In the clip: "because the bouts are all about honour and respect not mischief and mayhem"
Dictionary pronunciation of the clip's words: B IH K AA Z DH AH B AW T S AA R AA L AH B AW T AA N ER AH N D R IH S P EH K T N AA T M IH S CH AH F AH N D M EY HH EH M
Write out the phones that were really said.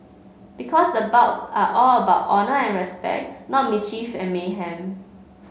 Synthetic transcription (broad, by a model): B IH K AA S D AH B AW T S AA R AA L AH B AW T AA N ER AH N R IH S P EH K T N AA T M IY CH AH F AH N M EY HH EH M